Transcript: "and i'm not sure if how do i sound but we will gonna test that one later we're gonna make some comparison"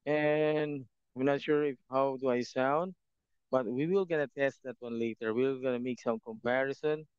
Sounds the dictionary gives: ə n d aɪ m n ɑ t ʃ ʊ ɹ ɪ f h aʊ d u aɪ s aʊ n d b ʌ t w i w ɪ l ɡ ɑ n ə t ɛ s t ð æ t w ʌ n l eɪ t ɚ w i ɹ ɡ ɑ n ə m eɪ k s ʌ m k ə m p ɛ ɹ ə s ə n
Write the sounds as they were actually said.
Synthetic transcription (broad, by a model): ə n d aɪ m n ɑ t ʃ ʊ ɹ ɪ f h aʊ d u aɪ s aʊ n d b ʌ t w i w ɪ l ɡ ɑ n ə t ɛ s t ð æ t w ʌ n l eɪ t ɚ w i l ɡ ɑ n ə m eɪ k s ʌ m k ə m p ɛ ɹ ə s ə n